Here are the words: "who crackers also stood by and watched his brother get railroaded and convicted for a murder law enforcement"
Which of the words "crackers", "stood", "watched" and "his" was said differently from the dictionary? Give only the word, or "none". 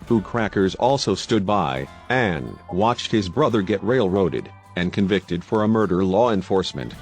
none